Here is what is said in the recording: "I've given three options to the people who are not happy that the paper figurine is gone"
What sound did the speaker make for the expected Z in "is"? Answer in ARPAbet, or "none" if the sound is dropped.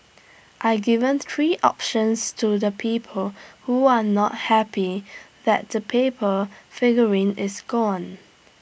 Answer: S